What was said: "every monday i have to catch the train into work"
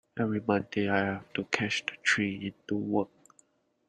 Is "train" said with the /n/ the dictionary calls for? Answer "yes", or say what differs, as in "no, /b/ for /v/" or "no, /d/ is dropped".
no, /n/ is dropped